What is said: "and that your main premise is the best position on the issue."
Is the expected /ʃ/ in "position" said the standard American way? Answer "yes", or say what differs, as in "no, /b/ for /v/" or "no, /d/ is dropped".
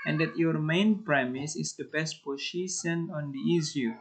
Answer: no, /s/ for /ʃ/